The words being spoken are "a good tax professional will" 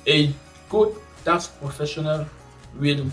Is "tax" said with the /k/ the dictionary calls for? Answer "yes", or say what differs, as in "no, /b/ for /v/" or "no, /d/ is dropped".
no, /k/ is dropped